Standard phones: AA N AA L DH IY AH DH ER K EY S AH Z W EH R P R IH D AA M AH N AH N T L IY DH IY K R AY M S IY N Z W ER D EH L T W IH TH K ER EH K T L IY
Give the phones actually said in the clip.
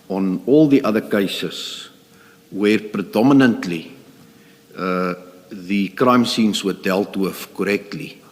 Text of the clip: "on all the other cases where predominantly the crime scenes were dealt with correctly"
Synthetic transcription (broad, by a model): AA N AA L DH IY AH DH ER K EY S AH S W EH R P R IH D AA M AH N AH N T L IY DH IY K R AY M S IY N S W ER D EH L T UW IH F K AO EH K T L IY